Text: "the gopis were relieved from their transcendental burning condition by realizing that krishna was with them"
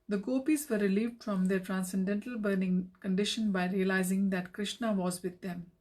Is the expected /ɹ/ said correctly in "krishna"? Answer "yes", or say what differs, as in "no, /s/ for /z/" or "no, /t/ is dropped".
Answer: yes